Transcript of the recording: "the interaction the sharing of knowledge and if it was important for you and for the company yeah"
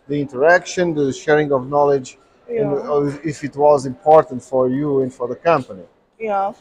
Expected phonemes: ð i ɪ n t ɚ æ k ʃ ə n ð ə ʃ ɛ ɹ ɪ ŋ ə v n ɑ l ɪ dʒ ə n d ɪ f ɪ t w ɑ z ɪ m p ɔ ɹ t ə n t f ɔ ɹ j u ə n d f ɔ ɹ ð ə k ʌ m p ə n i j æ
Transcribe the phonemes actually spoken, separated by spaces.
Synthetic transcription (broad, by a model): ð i ɪ n t ɚ æ k ʃ ə n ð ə ʃ ɛ ɹ ɪ ŋ ə v n ɑ l ɪ dʒ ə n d ɪ f ɪ t w ɑ z ɪ m p ɔ ɹ t ə n t f ɔ ɹ j u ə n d f ɔ ɹ ð ə k ʌ m p ə n i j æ